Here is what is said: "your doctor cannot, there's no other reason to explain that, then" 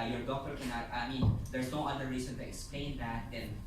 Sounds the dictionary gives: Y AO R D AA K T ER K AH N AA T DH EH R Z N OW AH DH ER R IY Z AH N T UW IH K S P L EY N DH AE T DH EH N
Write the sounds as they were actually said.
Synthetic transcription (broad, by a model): Y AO R D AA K T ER K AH N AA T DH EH R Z N OW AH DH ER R IY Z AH N T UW IH K S P L EY N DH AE T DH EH N